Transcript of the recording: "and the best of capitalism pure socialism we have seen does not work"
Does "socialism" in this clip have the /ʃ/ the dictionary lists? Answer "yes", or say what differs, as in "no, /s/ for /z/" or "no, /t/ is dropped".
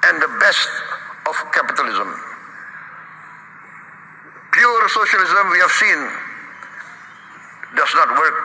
yes